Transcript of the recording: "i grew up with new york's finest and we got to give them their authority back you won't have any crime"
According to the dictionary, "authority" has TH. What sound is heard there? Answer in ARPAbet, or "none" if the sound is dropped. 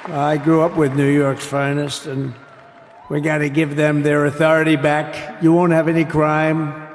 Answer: TH